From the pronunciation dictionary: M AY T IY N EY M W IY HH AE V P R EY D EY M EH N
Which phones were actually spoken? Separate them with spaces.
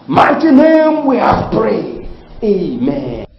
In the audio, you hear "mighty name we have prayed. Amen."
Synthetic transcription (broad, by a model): M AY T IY N EY M W IY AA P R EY EY M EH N